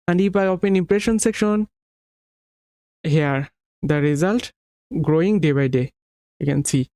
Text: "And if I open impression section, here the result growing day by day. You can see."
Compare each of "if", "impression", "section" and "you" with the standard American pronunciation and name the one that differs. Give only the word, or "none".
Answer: if